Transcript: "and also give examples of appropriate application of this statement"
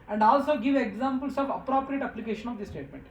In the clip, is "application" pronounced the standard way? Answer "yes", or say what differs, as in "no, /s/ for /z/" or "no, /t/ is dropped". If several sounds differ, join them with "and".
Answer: yes